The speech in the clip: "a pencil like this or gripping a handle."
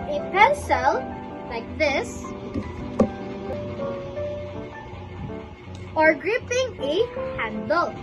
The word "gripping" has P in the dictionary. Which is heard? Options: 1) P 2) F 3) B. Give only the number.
1